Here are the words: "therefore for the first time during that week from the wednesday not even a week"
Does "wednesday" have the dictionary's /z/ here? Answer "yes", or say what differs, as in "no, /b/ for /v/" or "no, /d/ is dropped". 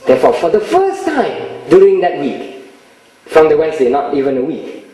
no, /s/ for /z/